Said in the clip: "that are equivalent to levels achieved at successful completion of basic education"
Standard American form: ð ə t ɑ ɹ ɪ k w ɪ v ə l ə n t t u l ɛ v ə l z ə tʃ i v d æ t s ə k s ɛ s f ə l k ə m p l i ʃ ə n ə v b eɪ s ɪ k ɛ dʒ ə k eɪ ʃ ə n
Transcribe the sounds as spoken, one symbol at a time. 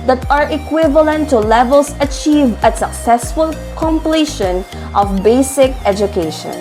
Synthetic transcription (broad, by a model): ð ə t ɑ ɹ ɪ k w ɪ v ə l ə n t t u l ɛ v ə l s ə tʃ i v æ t s ə k s ɛ s f ə l k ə m p l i ʃ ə n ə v b eɪ s ɪ k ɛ dʒ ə k eɪ ʃ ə n